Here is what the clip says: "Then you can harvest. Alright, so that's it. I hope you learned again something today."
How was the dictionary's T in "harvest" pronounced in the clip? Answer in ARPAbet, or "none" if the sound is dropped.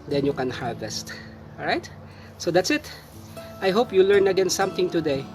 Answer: T